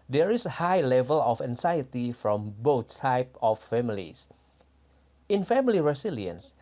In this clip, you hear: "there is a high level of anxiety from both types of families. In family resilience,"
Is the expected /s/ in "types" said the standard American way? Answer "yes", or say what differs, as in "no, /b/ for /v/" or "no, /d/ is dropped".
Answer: no, /s/ is dropped